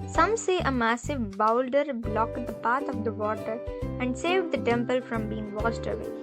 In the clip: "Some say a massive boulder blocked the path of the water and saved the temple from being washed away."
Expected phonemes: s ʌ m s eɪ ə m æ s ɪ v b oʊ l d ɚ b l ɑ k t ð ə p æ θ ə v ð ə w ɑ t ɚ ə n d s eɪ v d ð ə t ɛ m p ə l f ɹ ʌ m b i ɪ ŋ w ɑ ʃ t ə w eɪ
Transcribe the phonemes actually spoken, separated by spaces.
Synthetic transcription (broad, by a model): s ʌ m s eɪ ə m æ s ɪ v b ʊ l d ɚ b l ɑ k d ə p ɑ t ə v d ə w ɑ t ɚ ə n d s eɪ v d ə t ɛ m p ə l f ɹ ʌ m b i ɪ ŋ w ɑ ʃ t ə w eɪ